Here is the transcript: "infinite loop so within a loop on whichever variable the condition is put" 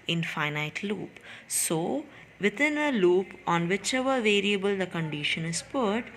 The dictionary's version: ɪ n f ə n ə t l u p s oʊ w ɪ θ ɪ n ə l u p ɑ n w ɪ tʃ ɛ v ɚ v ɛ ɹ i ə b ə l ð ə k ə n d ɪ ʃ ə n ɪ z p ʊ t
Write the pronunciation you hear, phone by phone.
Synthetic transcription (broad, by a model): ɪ n f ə n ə t l u p s oʊ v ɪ t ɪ n ə l u p ɑ n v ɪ tʃ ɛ v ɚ v ɛ ɹ i ə b ə l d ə k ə n d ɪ ʃ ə n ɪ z p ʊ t